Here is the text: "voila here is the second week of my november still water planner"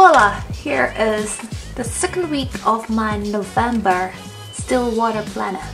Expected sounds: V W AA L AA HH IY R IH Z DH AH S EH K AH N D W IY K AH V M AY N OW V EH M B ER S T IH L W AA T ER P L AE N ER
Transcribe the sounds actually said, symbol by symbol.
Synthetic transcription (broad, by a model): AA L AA HH IY R IH Z DH AH S EH K AH N D W IY K AH V M AY N OW V EH M B ER S T IH L W AA T ER P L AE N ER